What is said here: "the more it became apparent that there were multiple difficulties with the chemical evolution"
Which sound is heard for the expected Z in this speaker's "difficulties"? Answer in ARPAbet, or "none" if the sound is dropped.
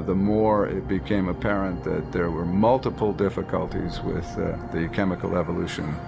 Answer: Z